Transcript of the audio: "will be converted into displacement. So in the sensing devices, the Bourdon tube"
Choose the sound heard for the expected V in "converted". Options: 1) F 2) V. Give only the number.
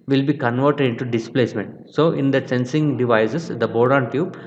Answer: 2